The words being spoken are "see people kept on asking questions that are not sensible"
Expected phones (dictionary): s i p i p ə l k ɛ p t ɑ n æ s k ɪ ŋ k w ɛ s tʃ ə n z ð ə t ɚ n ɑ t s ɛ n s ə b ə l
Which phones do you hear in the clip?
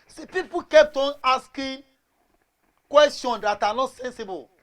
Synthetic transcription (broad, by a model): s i p i p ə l k ɛ p t ɑ n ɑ s k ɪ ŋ k w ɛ s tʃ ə n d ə t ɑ n ɑ t s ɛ n s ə b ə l